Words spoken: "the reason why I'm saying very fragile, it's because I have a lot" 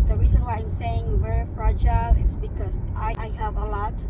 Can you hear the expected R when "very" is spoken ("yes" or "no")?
no